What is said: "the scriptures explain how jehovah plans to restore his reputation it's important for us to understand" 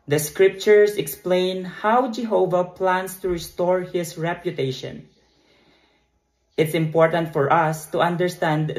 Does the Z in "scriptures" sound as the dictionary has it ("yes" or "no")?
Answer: no